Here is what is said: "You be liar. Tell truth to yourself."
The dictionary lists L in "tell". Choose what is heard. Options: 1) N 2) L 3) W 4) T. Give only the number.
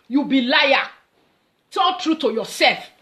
1